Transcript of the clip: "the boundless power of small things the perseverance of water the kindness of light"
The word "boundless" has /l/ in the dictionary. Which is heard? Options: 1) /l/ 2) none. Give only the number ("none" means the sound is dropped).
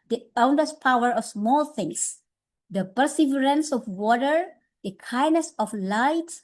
2